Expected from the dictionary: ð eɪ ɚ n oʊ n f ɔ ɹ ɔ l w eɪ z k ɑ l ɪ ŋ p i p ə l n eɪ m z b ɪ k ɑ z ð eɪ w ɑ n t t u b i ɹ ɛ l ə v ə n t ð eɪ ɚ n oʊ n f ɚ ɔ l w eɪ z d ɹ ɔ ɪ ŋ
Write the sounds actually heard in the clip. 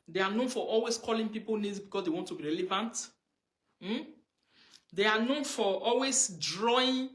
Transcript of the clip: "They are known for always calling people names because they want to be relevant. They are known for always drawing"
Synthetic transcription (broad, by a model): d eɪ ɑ n oʊ n f ɔ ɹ ɔ l w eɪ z k ɑ l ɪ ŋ p i p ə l n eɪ z b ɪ k ɑ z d eɪ w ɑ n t t u b i ɹ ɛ l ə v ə n t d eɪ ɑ n oʊ n f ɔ ɔ l w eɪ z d ɹ ɔ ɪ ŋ